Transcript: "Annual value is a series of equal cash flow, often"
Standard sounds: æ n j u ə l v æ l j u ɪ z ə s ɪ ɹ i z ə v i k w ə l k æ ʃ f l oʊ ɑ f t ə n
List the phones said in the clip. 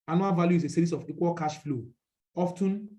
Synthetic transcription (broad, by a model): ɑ n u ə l v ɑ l j u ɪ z ə s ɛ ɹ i s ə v i k w ə l k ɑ ʃ f l oʊ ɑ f t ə n